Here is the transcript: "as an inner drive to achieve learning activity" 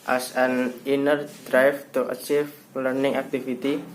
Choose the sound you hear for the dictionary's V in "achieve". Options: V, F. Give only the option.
F